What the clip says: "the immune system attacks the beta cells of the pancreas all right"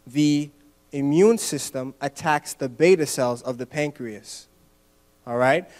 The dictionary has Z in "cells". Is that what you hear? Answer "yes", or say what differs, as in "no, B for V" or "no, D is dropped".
yes